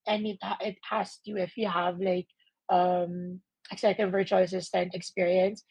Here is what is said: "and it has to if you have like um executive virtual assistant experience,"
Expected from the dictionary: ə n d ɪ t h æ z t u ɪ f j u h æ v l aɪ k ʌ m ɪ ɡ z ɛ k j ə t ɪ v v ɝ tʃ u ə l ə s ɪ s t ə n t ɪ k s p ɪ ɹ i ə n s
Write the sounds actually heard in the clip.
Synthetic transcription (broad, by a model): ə n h ɪ t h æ s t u ɪ f j u h æ v l aɪ k ʌ m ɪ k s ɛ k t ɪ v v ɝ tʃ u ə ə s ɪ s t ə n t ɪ k s p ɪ ɹ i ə n s